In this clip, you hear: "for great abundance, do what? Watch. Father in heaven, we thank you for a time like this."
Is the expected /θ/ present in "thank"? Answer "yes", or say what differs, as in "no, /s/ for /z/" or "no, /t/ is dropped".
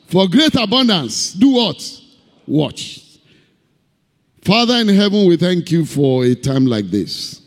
yes